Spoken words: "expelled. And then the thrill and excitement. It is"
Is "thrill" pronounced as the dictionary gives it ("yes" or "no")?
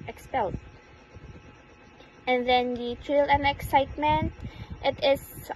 no